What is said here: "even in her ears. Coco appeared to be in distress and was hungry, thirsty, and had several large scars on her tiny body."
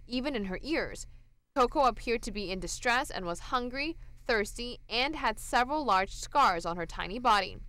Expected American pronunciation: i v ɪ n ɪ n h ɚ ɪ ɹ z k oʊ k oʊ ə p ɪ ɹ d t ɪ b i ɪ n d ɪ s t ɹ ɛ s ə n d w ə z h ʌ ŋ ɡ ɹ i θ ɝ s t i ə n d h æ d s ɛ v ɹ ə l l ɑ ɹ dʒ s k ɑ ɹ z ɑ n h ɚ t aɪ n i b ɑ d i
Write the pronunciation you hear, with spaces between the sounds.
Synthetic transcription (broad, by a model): i v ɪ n ɪ n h ɚ ɪ ɹ z k oʊ k oʊ ə p ɪ ɹ d t ɪ b i ɪ n d ɪ s t ɹ ɛ s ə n w ə z h ʌ ŋ ɡ ɹ i θ ɝ s t i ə n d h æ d s ɛ v ɹ ə l l ɑ ɹ dʒ s k ɑ ɹ z n h ɚ t aɪ n i b ɑ d i